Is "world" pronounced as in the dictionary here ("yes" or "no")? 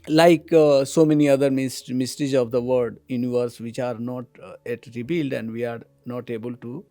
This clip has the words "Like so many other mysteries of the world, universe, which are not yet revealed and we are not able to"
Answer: no